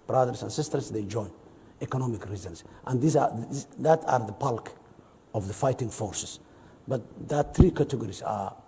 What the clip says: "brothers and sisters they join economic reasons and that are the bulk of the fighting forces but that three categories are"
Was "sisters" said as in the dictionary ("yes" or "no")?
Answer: no